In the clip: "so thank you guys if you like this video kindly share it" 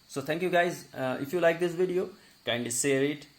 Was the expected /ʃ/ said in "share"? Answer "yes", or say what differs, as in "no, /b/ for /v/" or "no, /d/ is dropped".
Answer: no, /s/ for /ʃ/